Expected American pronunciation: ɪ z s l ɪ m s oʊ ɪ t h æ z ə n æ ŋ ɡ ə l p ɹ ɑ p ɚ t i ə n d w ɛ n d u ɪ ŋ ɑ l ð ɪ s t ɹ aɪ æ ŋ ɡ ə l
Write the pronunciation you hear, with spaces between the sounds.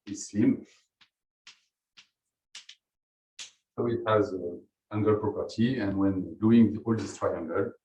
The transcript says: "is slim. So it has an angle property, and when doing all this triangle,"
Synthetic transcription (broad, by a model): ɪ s i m s oʊ ɪ t h æ z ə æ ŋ ɡ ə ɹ p ɹ ɑ p ɚ t i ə n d w ɛ n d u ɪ ŋ ɑ l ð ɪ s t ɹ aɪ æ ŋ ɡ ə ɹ